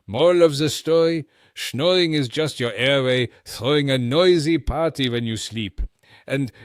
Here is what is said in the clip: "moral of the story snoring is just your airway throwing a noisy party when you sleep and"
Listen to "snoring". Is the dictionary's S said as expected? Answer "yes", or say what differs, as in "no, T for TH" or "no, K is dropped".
no, SH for S